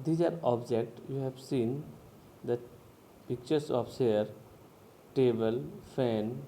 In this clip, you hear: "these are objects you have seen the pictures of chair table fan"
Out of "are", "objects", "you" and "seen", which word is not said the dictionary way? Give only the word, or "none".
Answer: objects